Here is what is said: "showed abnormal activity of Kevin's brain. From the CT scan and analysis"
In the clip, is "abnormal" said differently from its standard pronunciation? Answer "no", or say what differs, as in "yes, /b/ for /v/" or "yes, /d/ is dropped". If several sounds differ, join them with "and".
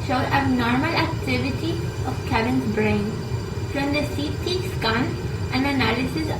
yes, /b/ is dropped